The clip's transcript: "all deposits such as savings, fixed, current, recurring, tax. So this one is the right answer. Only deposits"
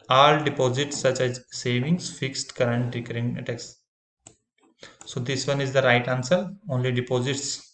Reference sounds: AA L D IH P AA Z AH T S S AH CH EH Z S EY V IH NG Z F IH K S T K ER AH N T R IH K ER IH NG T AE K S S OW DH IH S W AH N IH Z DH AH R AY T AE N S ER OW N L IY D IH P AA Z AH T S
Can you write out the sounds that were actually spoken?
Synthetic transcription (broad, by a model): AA L D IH P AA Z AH T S S AH CH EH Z S EY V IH NG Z F IH K S T K ER AH N T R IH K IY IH T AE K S S OW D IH S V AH N IH Z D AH R AY T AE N S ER OW N L IY D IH P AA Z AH T S